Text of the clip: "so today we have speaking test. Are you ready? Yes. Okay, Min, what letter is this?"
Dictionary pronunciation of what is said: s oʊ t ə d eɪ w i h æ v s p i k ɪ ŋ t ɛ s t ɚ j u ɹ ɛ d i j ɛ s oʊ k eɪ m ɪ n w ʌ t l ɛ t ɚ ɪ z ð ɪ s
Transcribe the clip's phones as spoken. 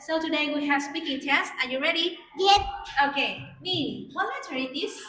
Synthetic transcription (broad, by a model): s oʊ t ə d eɪ w i h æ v s p i k ɪ ŋ t ɛ s t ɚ j u ɹ ɛ d i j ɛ oʊ k eɪ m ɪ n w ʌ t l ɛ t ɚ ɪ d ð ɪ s